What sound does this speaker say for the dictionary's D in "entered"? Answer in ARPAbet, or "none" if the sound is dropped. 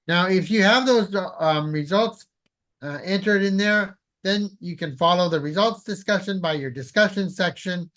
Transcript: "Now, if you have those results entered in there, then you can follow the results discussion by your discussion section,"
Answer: D